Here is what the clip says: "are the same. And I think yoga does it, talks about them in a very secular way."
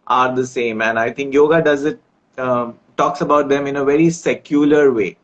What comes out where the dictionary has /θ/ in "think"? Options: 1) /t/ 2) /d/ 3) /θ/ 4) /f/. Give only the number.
1